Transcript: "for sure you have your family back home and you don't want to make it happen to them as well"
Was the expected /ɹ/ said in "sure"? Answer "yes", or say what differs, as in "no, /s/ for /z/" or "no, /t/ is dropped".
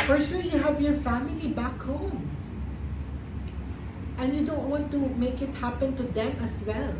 no, /l/ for /ɹ/